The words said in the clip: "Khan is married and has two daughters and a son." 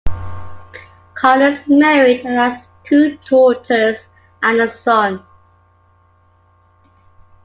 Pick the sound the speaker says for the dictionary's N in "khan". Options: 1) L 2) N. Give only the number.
1